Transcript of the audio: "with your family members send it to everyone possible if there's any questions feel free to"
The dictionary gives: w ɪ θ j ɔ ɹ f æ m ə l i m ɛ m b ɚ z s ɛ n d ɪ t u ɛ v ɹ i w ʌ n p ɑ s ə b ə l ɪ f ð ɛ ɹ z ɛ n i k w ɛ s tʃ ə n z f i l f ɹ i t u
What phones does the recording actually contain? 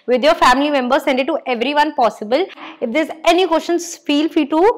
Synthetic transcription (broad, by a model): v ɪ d j ɔ ɹ f æ m ə l i m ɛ m b ɚ s ɛ n d ɪ t u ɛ v ɹ i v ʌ n p ɑ s ə b ə l ɪ f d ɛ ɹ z ɛ n i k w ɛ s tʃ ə n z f i l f i t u